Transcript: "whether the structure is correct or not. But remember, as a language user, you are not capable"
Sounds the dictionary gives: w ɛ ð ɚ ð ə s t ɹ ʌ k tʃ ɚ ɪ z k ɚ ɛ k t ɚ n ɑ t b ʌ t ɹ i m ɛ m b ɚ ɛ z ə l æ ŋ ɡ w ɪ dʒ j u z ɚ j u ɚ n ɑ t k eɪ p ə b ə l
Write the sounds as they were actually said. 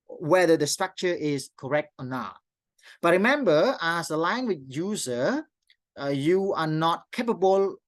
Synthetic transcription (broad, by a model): w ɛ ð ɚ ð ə s t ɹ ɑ k tʃ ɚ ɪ s k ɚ ɛ k t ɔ n ɑ t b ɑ t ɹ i m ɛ m b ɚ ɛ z ə l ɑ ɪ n w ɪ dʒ j u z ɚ j u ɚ n ɑ t k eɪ p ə b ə l